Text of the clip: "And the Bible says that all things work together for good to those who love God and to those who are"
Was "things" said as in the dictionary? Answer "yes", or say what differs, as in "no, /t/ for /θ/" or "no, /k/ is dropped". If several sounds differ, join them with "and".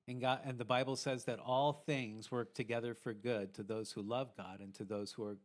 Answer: yes